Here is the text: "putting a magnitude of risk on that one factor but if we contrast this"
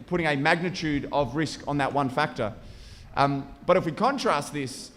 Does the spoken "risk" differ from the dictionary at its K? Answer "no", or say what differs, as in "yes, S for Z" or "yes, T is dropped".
no